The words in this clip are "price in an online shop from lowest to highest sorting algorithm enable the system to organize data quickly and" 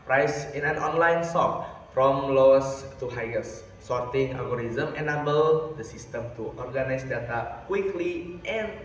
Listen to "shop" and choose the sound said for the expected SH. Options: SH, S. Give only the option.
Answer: S